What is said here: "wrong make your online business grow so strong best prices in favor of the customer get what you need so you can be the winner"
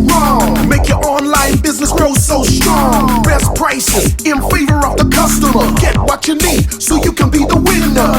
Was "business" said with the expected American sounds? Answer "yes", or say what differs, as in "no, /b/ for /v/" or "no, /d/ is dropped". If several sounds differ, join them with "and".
yes